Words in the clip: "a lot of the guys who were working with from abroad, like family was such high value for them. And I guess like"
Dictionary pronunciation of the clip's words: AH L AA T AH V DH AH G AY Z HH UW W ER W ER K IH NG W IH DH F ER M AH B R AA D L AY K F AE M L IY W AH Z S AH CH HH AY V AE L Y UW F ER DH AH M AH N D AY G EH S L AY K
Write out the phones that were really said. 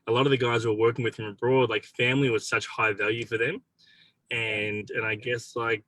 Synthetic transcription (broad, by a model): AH L AA T AH V DH AH G AY Z W ER W ER K IH NG W IH DH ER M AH B R AA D L AY K F AE M L IY W AH Z S AH CH HH AY V AE L Y UW F ER DH AH M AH N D AY G EH S L AY K